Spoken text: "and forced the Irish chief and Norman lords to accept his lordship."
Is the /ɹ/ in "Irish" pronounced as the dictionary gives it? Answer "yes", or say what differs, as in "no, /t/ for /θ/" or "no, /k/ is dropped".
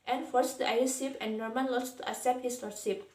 no, /ɹ/ is dropped